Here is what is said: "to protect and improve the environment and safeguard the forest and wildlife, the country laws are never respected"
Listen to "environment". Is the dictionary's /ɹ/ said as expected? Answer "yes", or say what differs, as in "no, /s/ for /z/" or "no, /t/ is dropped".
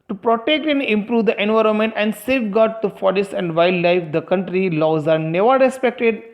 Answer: yes